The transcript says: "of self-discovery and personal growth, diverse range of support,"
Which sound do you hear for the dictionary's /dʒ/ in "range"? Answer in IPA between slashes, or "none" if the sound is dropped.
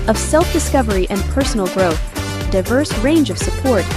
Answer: /dʒ/